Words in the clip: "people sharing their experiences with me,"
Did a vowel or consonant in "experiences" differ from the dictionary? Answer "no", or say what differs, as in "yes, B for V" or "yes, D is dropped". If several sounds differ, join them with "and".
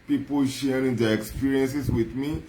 yes, S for Z